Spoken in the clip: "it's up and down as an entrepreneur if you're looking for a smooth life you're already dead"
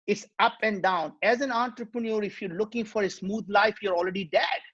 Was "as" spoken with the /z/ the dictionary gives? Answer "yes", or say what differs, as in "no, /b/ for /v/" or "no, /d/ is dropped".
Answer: yes